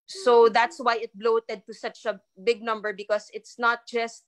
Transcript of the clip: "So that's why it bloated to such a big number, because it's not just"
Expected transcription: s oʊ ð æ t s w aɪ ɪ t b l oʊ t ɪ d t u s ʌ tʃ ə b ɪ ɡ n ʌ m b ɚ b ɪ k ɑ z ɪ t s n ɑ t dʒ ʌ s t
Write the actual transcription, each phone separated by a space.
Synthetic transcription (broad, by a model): s oʊ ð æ t s w aɪ ɪ t b l oʊ t ɪ d t u s ʌ tʃ ə b ɪ ɡ n ʌ m b ɚ b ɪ k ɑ s ɪ t s n ɑ t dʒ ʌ s t